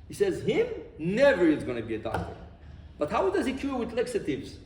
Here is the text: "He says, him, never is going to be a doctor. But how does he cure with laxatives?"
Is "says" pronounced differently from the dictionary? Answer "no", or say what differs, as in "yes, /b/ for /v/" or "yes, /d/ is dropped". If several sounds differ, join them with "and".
no